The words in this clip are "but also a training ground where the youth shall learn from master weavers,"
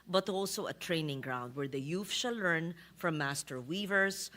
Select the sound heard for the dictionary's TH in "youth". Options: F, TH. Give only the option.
F